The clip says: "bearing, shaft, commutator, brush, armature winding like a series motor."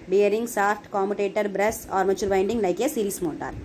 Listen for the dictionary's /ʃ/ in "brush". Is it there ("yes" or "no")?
no